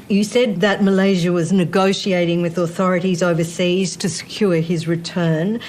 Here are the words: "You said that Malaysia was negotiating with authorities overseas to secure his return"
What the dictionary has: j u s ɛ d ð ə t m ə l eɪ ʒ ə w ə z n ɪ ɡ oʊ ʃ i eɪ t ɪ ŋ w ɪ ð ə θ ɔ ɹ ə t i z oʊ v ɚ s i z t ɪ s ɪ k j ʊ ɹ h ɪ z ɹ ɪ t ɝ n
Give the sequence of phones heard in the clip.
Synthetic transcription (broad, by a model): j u s ɛ d ð ə t m ə l eɪ ʒ ə w ə z n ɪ ɡ oʊ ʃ i eɪ t ɪ ŋ w ɪ ð ə θ ɔ ɹ ə t i z oʊ v ɚ s i z t ɪ s ɪ k j ʊ ɹ ɪ z ɹ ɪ t ɝ n